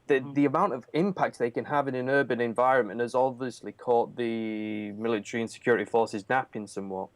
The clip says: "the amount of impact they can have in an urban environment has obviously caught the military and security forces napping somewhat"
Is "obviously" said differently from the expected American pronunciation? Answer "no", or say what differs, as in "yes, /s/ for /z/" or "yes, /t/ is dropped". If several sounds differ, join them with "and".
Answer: no